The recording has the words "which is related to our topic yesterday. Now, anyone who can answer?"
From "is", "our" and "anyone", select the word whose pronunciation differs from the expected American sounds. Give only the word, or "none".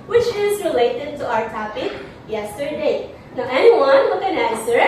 none